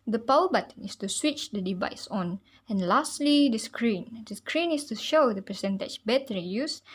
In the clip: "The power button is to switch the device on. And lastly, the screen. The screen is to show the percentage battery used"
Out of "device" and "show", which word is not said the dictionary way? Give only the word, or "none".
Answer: none